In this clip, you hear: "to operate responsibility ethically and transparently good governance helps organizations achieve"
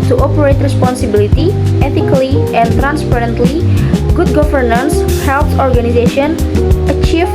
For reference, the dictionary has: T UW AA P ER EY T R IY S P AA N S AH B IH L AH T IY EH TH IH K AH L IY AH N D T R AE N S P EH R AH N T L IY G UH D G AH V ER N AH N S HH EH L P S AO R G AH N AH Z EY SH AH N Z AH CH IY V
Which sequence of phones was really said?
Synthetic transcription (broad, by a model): T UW AA P ER EY T R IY S P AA N S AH B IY L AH T IY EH T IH K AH L IY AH N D T R AE N S P EH R AH N T L IY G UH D G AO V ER N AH N S HH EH L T AO R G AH N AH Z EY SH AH N AH CH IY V